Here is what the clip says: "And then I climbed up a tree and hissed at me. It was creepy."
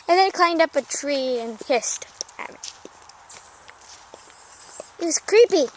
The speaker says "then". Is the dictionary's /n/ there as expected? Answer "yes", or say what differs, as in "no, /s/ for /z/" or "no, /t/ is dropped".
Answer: no, /n/ is dropped